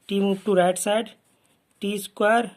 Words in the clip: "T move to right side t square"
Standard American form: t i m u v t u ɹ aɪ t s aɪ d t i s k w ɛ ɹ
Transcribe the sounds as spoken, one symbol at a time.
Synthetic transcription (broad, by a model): t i m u p t u ɹ aɪ t s aɪ d t i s k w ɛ ɹ